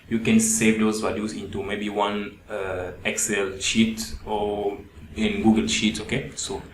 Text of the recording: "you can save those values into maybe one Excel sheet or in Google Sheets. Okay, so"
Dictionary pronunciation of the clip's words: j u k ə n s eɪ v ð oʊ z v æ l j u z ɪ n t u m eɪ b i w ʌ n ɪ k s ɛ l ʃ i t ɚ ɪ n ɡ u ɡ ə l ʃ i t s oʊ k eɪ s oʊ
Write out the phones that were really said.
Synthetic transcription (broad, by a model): j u k ə n s eɪ v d oʊ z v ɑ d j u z ɪ n t u m eɪ b i w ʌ n ɪ k s ɛ l ʃ i t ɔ ɪ n ɡ u ɡ ə l ʃ i t s oʊ k eɪ s oʊ